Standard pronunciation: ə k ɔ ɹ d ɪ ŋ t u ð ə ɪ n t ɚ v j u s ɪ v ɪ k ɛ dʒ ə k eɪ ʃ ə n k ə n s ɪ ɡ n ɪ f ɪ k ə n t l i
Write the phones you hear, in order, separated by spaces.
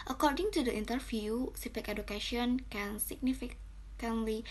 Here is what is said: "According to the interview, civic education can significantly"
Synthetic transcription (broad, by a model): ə k ɔ ɹ d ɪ ŋ t u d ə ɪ n t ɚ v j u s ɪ f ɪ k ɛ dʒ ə k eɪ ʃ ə n k ə n s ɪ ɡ n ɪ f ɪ k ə n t l i